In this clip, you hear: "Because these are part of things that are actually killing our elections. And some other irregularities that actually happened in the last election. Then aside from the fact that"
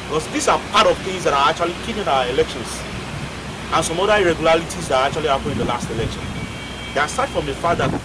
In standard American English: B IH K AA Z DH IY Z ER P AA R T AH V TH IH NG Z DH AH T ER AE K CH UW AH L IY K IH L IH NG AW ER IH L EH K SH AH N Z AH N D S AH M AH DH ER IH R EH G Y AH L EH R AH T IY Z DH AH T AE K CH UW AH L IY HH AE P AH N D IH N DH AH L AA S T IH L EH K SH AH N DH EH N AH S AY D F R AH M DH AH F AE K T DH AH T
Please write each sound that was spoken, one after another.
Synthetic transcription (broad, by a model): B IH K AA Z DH IY S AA P AA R T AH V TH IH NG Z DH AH T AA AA K CH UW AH L IY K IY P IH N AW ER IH L EH K SH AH N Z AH N S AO M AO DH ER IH R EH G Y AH L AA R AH T IY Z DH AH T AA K CH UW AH L IY HH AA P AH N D IH N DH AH L AA S T IH L EH K SH AH N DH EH AH S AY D F R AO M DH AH F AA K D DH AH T